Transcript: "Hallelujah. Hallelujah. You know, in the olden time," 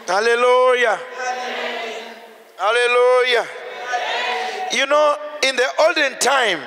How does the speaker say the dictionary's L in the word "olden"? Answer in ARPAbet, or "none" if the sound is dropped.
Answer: L